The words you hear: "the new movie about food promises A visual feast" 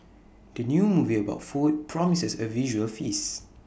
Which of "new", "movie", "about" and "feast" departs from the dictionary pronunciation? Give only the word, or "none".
feast